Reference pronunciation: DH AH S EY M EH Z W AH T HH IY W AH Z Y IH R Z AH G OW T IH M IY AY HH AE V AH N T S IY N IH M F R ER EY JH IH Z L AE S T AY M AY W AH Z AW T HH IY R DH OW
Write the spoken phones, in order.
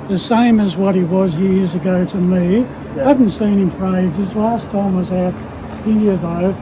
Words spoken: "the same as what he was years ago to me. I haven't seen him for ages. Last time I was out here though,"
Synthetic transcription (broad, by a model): DH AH S EY M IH Z W AH T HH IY W AH Z Y IH R Z AH G OW T IH M IY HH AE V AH N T S IY N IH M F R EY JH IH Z L AE S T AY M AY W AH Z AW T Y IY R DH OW